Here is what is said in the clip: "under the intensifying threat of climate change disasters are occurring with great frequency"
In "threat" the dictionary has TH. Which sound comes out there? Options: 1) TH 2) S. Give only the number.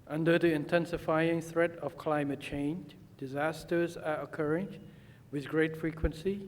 1